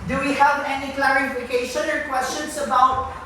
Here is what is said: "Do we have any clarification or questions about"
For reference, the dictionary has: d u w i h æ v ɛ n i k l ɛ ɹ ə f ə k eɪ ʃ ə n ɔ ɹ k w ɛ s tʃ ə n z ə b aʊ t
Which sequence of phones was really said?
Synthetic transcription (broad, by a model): d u w i h æ v ɛ n i k l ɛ ɹ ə f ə k eɪ ʃ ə n ɔ ɹ k w ɛ s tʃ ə n s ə b aʊ t